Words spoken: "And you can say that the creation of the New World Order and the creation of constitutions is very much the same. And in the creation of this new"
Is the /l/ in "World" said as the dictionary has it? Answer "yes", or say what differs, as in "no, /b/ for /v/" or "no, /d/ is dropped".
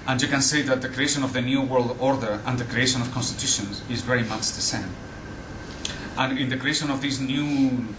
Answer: yes